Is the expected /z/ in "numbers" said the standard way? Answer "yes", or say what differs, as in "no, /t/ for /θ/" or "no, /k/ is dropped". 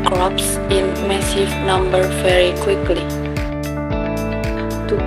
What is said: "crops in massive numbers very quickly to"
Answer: no, /z/ is dropped